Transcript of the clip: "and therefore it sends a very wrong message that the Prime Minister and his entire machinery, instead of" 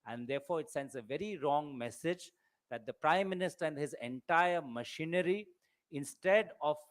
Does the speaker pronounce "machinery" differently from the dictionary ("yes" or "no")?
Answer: no